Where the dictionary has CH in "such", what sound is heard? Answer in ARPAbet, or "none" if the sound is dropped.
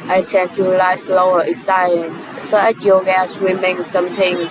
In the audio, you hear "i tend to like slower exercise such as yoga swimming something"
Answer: none